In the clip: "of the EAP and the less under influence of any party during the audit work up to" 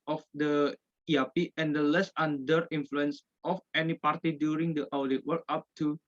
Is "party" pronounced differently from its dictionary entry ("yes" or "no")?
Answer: no